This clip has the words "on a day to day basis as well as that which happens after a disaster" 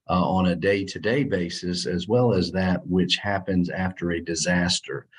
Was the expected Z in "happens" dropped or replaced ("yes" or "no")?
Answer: no